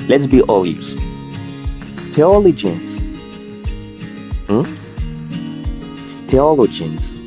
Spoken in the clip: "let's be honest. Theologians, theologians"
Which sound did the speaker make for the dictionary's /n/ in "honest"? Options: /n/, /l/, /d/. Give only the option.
/l/